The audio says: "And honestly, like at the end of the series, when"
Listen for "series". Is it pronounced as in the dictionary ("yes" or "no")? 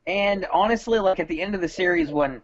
yes